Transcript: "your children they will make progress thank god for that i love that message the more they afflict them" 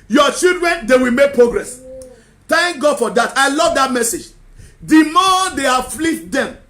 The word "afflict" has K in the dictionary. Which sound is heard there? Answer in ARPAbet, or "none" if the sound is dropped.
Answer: none